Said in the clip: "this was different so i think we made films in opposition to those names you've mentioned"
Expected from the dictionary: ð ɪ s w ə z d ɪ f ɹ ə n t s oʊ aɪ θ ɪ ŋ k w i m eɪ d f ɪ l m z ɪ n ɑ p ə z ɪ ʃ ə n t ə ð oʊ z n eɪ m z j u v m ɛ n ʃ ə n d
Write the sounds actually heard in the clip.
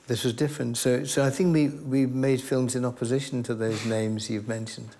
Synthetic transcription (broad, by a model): ð ɪ s w ə z d ɪ f ɹ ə n t s oʊ aɪ θ ɪ ŋ k w i m eɪ d f ɪ l m z ɪ n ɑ p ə z ɪ ʃ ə n t ə ð oʊ z n eɪ m z j u v m ɛ n ʃ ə n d